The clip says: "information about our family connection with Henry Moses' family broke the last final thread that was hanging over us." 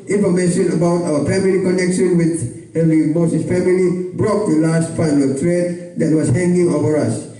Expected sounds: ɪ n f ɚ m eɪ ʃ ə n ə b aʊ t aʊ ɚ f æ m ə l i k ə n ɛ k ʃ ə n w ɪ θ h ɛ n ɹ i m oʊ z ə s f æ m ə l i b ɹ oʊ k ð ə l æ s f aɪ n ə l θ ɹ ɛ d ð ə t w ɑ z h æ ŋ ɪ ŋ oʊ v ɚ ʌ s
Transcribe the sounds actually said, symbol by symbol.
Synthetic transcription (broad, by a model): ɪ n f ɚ m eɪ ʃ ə n ə b aʊ t aʊ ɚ f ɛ m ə l i k ə n ɛ k ʃ ə n w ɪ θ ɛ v ɹ i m oʊ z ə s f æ m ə l i b ɹ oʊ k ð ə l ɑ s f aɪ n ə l t ɹ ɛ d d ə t w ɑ s h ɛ ŋ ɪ ŋ oʊ v ɚ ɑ s